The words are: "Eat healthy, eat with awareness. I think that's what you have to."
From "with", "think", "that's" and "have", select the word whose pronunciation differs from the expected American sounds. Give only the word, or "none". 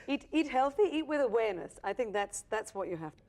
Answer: have